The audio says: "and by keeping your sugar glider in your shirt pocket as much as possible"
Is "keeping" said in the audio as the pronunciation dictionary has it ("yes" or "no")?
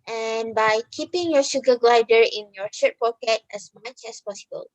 yes